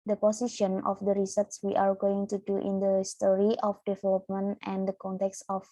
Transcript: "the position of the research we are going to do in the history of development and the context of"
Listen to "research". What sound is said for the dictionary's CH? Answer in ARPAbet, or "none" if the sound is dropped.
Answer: S